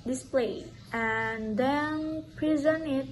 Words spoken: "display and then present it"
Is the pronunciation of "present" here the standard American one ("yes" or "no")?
no